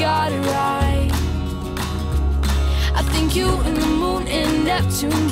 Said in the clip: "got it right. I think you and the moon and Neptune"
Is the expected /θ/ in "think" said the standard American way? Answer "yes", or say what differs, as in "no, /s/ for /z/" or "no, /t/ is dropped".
yes